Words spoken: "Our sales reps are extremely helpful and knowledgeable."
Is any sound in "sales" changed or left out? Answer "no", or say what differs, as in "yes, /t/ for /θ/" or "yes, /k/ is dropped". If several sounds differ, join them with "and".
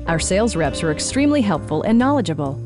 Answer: no